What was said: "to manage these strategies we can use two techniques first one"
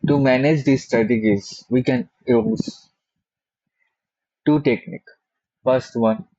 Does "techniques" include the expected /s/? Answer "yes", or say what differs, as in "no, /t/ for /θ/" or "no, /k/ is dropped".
no, /s/ is dropped